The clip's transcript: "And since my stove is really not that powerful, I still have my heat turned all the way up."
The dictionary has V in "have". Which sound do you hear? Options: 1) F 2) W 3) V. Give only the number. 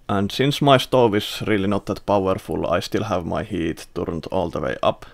3